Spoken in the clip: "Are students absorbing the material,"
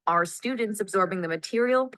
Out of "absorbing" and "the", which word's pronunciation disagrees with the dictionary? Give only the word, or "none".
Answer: none